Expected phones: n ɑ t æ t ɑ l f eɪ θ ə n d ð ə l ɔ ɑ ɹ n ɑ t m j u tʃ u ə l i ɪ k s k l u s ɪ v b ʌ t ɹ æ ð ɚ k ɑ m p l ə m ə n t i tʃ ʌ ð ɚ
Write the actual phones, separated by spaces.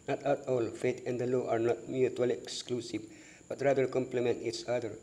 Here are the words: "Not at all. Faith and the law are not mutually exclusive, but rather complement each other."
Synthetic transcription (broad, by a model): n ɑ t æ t ɑ l f eɪ t ə n d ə l ɔ ɑ ɹ n ɑ t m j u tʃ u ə l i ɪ k s k l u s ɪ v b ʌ t ɹ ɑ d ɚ k ɑ m p l ə m ə n t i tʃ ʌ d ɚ